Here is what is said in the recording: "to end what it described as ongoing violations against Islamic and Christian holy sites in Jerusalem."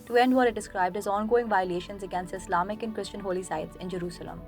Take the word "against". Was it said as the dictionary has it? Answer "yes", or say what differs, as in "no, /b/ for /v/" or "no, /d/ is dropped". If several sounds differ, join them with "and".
yes